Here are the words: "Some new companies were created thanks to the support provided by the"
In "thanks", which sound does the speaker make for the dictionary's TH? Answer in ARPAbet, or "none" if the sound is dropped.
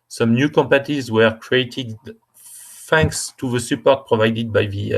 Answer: F